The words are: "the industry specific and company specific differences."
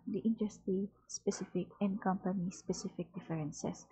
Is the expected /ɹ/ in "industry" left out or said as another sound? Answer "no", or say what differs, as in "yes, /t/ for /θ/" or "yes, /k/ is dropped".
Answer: yes, /ɹ/ is dropped